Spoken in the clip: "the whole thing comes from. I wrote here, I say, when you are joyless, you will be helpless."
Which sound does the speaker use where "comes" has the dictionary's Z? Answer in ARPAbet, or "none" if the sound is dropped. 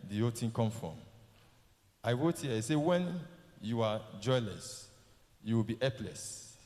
none